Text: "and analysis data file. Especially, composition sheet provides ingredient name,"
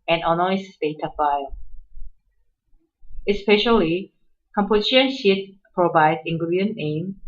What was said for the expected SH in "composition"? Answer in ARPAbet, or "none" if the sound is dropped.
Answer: none